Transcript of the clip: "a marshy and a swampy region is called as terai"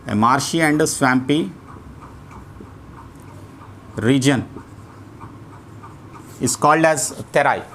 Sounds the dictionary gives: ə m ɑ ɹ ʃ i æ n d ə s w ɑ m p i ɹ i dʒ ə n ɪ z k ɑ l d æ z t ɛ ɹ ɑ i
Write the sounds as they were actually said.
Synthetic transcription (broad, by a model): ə m ɑ ɹ ʃ i æ n d ə s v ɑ m p i ɹ i dʒ ə n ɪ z k ɑ l d æ z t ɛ ɹ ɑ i